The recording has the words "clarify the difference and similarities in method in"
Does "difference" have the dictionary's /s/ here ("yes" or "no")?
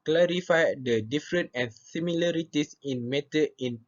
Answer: no